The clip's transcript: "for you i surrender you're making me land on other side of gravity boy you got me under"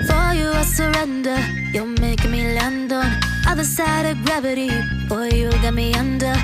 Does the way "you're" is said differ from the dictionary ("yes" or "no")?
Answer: yes